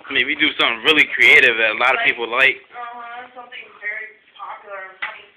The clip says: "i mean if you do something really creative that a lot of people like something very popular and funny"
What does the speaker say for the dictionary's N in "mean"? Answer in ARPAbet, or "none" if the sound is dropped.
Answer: none